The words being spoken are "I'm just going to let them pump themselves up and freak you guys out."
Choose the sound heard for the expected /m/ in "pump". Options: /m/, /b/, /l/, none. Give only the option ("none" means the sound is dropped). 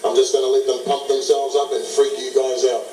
none